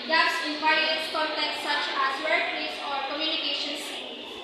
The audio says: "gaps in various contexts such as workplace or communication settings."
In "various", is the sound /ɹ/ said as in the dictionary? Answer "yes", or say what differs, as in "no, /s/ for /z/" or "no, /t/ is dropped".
no, /ɹ/ is dropped